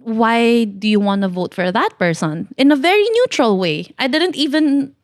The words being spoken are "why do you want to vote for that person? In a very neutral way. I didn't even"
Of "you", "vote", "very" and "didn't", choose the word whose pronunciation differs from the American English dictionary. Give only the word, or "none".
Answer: none